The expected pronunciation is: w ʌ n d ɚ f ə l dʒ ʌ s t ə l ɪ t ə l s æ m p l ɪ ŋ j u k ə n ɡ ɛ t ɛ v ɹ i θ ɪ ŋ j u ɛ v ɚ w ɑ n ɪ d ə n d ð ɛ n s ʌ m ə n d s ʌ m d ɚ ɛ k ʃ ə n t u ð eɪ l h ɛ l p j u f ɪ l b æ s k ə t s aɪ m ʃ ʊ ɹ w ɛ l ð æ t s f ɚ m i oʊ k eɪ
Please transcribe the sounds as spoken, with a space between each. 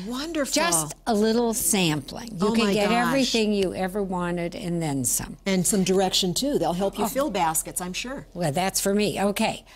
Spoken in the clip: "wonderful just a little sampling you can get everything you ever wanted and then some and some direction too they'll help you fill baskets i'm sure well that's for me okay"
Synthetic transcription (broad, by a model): w ʌ n d ɚ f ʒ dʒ ʌ s t ə l ɪ t l s æ m p l ɪ ŋ j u k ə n ɡ ɛ t ɛ v ɹ i θ ɪ ŋ j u ɛ v ɚ w ɑ n ɪ d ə n ð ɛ n s ʌ m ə n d s ʌ m d ɚ ɛ k ʃ ə n t u ð eɪ l h ɛ l p j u f ɪ l b æ s k ə t s aɪ m ʃ ʊ ɹ w ɛ l ð æ t s f ɚ m i oʊ k eɪ